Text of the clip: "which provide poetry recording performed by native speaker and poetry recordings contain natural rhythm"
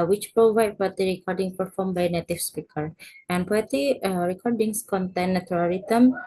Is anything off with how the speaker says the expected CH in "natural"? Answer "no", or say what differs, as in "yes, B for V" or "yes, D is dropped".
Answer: yes, CH is dropped